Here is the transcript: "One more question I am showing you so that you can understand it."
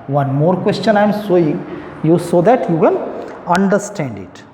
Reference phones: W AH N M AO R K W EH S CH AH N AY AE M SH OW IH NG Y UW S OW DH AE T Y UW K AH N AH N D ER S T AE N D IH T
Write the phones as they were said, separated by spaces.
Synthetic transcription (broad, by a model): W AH N M AO R K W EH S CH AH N AY M S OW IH NG Y UW S OW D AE T Y UW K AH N AH N D ER S T AE N D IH T